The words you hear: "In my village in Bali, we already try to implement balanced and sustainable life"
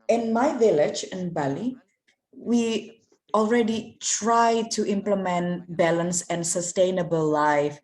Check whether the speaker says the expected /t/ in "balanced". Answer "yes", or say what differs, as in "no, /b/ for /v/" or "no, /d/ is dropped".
no, /t/ is dropped